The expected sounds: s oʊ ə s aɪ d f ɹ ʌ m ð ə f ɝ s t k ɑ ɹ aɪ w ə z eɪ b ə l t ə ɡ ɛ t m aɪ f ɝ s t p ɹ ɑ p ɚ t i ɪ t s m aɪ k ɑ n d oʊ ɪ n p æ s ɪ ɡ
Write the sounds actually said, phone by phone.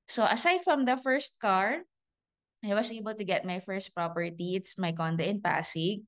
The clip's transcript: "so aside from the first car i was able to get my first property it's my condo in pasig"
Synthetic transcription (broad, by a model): s oʊ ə s aɪ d f ɹ ʌ m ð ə f ɝ s t k ɑ ɹ aɪ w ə s eɪ b ə l t ə ɡ ɛ t m aɪ f ɝ s t p ɹ ɑ p ɚ t i ɪ t s m aɪ k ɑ n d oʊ ɪ n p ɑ s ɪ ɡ